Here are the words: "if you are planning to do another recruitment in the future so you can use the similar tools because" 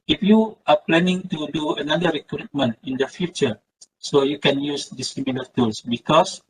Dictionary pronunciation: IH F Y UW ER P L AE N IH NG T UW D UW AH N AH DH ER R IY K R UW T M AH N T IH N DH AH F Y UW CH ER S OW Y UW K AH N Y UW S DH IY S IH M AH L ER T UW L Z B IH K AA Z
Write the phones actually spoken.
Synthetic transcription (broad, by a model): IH F Y UW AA P L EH N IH NG T UW D UW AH N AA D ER R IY K R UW T M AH N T IH N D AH F Y UW CH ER S OW Y UW K AH N Y UW S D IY S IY M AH N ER T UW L S B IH K AA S